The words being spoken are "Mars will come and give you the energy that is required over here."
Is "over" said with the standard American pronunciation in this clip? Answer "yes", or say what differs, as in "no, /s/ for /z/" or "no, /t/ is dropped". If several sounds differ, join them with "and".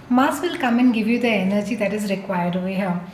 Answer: no, /v/ is dropped